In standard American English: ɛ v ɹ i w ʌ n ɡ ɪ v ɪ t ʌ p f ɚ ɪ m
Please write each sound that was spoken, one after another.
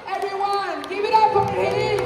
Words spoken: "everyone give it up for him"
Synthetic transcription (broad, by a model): ɛ v ɹ i w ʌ n ɡ ɪ v ɪ t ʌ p p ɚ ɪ